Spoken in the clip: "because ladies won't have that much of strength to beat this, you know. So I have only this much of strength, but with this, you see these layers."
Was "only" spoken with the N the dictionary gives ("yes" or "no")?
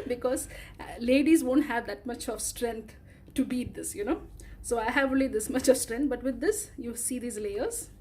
no